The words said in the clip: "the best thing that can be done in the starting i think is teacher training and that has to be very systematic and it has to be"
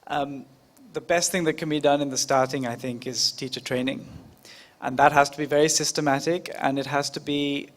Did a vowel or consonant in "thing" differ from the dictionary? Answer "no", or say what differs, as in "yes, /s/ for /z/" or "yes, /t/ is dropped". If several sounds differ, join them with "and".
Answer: no